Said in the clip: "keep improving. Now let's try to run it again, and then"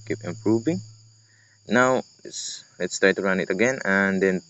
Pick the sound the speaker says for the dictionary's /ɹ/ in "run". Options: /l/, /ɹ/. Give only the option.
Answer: /l/